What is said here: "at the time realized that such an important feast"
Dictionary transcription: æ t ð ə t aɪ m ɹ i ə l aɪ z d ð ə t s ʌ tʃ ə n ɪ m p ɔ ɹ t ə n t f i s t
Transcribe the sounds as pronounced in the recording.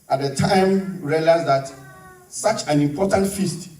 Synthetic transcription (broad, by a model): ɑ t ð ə t aɪ m ɹ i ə l aɪ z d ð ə t s ʌ tʃ ə n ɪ m p ɔ t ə n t f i s t